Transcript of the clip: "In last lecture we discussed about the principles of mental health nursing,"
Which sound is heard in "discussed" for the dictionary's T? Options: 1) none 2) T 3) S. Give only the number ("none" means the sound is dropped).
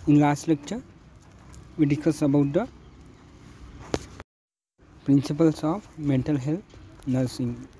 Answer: 1